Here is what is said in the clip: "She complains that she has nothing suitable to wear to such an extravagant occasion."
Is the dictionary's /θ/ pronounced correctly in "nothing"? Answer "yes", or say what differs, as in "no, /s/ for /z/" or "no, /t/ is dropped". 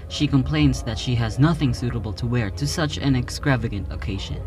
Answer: yes